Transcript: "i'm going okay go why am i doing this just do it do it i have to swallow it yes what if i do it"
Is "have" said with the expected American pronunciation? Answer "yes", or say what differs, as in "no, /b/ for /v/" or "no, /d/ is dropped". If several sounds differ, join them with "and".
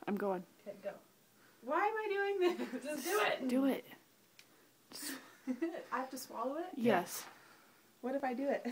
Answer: no, /f/ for /v/